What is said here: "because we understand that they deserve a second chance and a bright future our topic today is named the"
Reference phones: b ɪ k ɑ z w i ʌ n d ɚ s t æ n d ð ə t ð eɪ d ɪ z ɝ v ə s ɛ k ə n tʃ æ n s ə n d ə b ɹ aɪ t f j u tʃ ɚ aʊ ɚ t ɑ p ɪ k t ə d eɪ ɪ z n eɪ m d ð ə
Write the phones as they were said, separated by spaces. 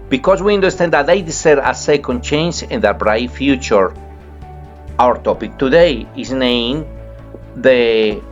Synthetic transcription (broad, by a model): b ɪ k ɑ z w i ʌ n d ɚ s t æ n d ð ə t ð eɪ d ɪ s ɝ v ə s ɛ k ə n tʃ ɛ n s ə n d ə b ɹ aɪ t f j u tʃ ɚ aʊ ɚ t ɑ p ɪ k t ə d eɪ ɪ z n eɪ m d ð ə